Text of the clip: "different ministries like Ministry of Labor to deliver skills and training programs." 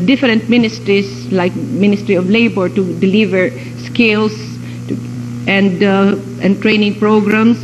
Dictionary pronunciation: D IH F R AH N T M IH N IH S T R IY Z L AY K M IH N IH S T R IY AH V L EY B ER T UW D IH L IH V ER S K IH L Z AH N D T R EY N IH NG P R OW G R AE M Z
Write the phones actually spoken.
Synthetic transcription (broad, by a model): D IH F R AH N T M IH N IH S T R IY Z L AY K M IH N IH S T R IY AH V L EY B ER T UW D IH L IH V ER S K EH L S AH N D T R EY N IH NG P R OW G R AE M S